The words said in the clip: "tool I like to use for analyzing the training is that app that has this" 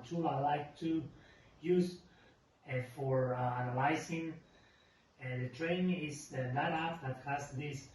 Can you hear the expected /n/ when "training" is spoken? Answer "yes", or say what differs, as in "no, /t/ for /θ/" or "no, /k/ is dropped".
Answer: no, /n/ is dropped